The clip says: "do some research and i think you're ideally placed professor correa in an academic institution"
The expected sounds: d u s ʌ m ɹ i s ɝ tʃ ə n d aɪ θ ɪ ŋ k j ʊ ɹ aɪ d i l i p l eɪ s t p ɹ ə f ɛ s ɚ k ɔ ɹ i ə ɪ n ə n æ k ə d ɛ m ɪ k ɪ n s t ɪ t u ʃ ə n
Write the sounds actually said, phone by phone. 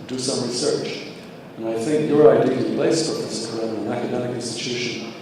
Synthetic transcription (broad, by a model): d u s ʌ m ɹ i s ɝ tʃ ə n aɪ θ ɪ ŋ k j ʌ ɹ aɪ d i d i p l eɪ s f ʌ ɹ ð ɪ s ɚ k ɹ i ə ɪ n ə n æ k ə d ɛ m ɪ k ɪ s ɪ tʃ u ʃ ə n